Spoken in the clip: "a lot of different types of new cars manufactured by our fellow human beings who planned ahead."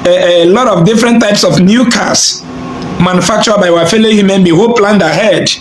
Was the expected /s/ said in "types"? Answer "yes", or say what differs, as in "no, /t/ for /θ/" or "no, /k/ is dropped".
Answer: yes